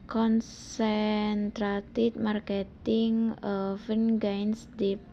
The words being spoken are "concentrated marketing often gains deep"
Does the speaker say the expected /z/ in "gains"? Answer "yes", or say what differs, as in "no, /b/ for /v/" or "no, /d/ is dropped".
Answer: no, /s/ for /z/